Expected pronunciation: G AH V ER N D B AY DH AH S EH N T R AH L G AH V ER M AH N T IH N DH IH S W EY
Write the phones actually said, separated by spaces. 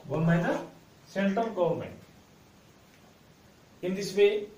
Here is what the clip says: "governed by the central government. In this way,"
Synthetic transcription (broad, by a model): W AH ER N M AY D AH S EH N T R AH L G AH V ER M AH N T IH N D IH S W EY